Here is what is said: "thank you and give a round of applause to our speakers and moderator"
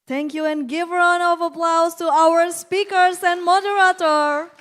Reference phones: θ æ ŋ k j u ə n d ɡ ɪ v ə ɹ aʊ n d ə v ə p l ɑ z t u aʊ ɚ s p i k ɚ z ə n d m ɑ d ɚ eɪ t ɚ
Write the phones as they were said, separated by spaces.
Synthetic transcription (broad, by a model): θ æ ŋ k j u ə n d ɡ ɪ v ə ɹ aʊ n ə v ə p l ɑ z t u aʊ ɚ s p i k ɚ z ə n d m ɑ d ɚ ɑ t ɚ